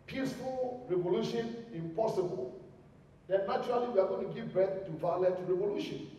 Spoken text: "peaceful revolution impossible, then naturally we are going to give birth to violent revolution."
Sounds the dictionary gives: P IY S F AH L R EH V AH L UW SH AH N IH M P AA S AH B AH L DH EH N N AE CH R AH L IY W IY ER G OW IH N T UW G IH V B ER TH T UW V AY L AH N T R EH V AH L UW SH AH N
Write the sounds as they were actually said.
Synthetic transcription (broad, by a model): P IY S F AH L R EH V AH L UW SH AH N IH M P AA S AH B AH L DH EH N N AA CH R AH L IY W IY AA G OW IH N T UW G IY V B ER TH T UW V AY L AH T R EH V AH L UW SH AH N